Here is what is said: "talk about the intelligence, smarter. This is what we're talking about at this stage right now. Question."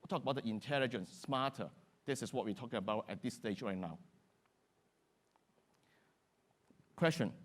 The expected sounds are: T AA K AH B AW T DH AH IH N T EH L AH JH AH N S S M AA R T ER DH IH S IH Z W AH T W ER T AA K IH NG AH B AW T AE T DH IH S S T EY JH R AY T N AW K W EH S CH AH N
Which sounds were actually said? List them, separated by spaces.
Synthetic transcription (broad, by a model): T AA K AH B AW T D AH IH N T EH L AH JH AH N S S M AA T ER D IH S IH S W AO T W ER T AA K IH NG AH B AW T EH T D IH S S T EY JH R AY T N AW K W EH S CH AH N